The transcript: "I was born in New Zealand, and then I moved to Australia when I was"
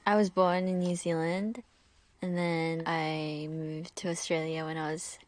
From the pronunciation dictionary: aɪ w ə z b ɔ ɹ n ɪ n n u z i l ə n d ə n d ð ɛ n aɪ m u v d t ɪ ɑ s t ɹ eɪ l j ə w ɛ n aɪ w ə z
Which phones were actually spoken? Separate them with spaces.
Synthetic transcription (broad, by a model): aɪ w ə z b ɔ ɹ n ɪ n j u z i l ə n d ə n ð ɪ n aɪ m u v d t ɪ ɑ s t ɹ eɪ l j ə w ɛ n aɪ w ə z